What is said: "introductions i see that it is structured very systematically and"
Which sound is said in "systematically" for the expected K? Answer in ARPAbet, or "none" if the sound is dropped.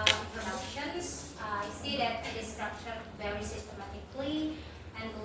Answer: K